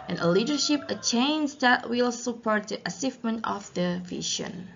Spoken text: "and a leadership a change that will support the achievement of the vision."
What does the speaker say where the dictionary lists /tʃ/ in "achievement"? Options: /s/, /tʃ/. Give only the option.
/s/